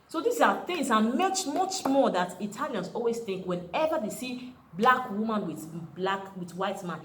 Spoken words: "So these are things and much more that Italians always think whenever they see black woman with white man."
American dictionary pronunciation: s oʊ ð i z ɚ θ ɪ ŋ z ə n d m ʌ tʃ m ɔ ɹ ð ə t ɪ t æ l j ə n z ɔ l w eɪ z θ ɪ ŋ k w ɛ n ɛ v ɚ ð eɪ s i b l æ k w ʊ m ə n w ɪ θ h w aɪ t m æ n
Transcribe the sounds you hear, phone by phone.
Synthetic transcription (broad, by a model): s oʊ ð i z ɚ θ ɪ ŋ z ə n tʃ m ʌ tʃ m ɔ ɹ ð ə t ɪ t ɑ l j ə n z ɔ l w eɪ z θ ɪ ŋ k w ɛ n ɛ v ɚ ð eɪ s i b l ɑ k w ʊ m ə n w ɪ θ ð w aɪ t m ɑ n